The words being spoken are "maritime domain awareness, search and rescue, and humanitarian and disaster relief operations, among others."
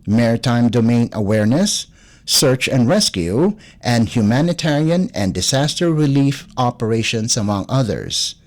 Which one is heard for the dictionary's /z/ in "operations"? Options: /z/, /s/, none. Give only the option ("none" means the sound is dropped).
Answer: /s/